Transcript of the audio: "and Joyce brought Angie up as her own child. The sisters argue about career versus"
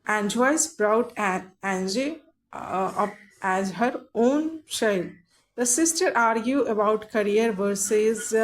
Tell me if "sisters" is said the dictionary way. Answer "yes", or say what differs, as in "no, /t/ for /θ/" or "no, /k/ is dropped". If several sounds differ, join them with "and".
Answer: no, /z/ is dropped